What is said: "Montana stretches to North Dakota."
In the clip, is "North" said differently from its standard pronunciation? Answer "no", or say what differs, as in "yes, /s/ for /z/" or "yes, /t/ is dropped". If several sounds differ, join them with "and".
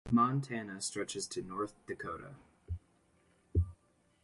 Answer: no